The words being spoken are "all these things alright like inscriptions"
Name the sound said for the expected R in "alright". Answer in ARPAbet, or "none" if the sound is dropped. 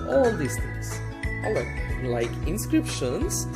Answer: none